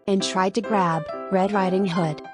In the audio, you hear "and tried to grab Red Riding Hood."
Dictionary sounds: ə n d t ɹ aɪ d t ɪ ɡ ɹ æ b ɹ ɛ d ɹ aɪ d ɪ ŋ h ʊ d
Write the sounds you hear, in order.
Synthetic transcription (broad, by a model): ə n t ɹ aɪ d t ɪ ɡ ɹ æ b ɹ ɛ d l aɪ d ɪ ŋ h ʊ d